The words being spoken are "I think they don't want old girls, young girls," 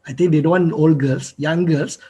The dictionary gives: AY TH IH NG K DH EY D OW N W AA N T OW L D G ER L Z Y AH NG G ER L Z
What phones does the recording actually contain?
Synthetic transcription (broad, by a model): AY T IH NG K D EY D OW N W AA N OW L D G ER L S Y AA NG G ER L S